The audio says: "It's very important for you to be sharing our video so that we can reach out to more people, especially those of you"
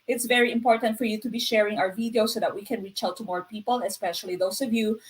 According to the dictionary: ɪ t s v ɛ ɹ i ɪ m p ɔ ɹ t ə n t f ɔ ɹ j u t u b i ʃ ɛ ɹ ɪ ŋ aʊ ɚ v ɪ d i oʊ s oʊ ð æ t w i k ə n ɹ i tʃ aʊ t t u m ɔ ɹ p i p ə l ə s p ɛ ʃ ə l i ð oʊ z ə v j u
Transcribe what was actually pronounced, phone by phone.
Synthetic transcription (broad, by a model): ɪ t s v ɛ ɹ i ɪ m p ɔ ɹ t ə n t f ɔ ɹ j u t u b i ʃ ɛ ɹ ɪ ŋ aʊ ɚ v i d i oʊ s oʊ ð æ t w i k ə n ɹ i tʃ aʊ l t u m ɔ ɹ p i p ə l ə s p ɛ ʃ ə l i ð oʊ s ə v j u